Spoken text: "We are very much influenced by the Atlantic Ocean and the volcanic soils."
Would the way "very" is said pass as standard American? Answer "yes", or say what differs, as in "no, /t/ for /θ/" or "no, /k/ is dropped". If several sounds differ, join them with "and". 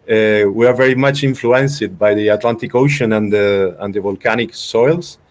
yes